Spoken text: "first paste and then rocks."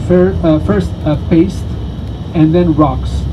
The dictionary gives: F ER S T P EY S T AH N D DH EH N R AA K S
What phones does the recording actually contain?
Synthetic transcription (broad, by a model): F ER S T P EY S T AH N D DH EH N R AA K S